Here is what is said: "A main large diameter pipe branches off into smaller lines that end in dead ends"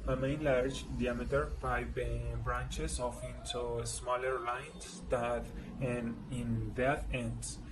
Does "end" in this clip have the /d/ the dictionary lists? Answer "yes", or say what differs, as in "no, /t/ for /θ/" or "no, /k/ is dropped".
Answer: no, /d/ is dropped